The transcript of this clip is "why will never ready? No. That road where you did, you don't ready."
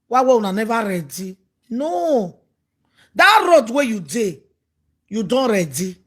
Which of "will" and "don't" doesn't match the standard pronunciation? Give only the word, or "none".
will